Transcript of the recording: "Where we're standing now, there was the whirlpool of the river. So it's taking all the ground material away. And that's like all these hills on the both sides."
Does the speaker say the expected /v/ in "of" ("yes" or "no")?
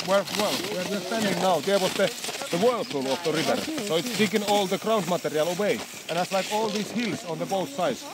no